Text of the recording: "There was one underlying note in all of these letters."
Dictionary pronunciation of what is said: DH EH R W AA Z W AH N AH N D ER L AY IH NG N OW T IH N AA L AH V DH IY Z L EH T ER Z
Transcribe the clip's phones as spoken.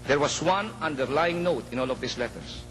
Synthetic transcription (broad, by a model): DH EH R W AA S W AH N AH N D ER L AY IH NG N OW T IH N AA L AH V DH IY S L EH T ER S